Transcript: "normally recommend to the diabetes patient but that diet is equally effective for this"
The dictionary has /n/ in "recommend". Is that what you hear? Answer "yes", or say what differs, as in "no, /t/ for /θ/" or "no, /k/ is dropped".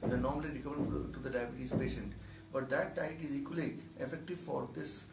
no, /n/ is dropped